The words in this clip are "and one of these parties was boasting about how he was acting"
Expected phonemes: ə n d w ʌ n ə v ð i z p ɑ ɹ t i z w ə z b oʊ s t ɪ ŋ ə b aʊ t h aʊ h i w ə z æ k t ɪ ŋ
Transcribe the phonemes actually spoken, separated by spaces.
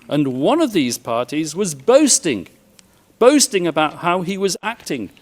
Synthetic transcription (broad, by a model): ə n w ʌ n ə v ð i z p ɑ ɹ t i z w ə z b oʊ s t ɪ ŋ ə b aʊ t h aʊ i w ə z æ k t ɪ ŋ